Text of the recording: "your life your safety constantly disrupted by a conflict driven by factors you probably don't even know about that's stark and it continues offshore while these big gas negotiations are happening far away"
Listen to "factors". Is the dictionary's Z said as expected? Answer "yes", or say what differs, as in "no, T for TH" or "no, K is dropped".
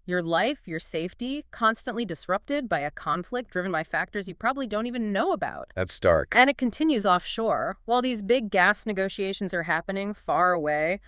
yes